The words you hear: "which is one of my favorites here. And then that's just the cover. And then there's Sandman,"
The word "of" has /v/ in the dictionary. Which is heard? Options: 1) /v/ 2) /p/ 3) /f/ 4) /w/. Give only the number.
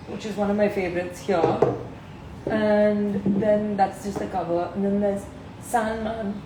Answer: 1